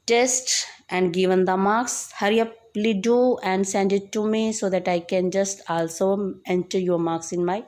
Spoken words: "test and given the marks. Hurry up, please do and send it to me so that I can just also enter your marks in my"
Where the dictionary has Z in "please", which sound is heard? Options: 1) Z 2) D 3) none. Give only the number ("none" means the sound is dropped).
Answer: 3